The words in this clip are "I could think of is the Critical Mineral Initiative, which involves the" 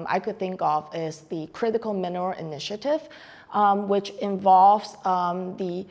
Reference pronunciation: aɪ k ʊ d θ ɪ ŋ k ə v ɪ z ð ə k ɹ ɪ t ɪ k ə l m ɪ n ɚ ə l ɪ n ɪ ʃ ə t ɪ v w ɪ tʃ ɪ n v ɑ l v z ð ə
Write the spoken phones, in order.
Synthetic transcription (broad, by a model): aɪ k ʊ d θ ɪ ŋ k ə v ɪ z ð ə k ɹ ɪ t ɪ k ə l m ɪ n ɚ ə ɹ ɪ n ɪ ʃ ə t ɪ v w ɪ tʃ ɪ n v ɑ l v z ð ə